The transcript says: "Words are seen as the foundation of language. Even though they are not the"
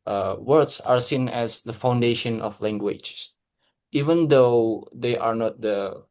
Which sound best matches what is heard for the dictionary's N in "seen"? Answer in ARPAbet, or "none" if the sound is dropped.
N